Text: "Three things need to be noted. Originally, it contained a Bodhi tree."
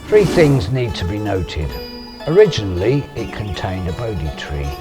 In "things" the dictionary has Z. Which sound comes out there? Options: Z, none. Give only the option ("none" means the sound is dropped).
Z